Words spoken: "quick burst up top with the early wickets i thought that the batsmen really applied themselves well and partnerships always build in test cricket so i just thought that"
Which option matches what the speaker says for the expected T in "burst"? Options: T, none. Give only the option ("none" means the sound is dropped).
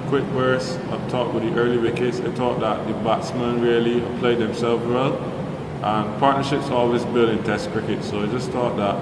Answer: none